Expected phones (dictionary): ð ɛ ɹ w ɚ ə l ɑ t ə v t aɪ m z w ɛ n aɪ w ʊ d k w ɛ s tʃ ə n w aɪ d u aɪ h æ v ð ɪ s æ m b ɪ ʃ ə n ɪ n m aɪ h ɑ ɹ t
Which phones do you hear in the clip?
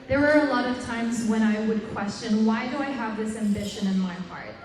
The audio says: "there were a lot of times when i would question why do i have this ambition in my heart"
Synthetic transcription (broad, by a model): ð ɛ ɹ w ɚ ə l ɑ t ə v t aɪ m z w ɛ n aɪ w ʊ d k w ɛ s tʃ ə n w aɪ d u aɪ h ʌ v ð ɪ s æ m b ɪ ʃ ə n ɪ n m aɪ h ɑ ɹ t